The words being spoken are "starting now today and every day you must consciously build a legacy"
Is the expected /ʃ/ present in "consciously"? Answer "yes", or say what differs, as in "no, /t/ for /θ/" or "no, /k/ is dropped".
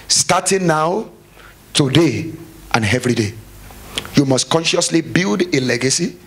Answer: yes